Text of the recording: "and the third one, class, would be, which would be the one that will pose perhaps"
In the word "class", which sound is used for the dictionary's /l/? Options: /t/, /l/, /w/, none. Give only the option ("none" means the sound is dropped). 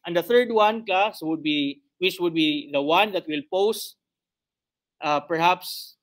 none